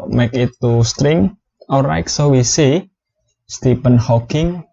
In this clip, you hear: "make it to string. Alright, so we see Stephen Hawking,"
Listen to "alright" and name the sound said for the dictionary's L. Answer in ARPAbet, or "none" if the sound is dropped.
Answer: none